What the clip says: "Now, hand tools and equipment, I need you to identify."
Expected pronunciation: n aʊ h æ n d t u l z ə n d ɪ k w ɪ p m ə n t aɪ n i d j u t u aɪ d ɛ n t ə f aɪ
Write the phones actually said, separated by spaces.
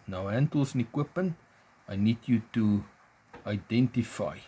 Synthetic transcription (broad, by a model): n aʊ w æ n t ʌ l s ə n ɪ k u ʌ p ə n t aɪ n i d j u t u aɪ d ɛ n t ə f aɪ